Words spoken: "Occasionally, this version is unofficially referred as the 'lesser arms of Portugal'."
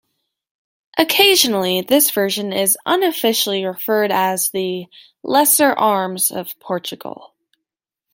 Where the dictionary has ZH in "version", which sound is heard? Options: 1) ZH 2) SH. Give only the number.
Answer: 1